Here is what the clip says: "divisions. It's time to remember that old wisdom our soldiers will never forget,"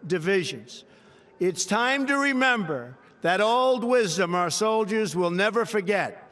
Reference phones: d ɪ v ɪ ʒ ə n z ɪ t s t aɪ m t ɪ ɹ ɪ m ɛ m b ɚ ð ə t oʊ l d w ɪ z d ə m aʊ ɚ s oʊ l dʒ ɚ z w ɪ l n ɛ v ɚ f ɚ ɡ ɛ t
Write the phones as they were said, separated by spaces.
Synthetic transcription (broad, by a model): d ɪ v ɪ ʒ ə n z ɪ t s t aɪ m t ɪ ɹ ɪ m ɛ m b ɚ ð ə t oʊ l d w ɪ z d ə m aʊ ɚ s oʊ l dʒ ɚ z w ɪ l n ɛ v ɚ f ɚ ɡ ɛ t